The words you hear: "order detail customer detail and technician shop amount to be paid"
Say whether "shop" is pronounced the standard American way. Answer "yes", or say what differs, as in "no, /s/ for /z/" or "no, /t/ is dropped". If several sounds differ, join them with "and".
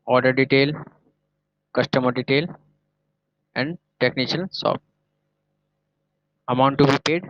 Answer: no, /s/ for /ʃ/